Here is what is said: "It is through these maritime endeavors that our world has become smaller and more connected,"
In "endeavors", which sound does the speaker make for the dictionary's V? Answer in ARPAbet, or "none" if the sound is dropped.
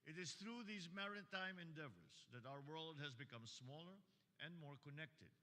V